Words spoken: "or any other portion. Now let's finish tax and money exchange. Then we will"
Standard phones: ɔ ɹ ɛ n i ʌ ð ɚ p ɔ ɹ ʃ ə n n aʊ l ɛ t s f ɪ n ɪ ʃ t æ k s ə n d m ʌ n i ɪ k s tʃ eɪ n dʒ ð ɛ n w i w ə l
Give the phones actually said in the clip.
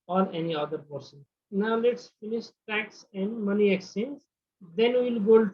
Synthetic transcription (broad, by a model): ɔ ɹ ɛ n i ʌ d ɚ p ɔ ɹ s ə n n aʊ l ɛ t s f ɪ n ɪ ʃ t æ k s ə n d m ʌ n i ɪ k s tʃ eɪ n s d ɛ n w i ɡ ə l